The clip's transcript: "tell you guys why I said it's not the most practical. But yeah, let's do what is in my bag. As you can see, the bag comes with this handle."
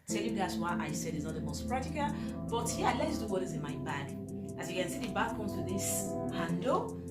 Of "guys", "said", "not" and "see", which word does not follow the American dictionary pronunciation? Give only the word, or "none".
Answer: guys